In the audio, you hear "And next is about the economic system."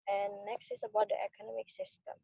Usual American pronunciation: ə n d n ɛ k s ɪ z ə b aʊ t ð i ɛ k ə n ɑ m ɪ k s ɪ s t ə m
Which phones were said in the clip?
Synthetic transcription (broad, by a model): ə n n ɛ k s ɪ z ə b aʊ t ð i ɛ k ə n ɑ m ɪ k s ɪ s t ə m